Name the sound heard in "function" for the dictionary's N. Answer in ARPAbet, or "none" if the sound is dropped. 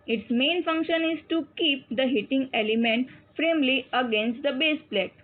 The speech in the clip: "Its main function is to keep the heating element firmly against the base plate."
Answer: N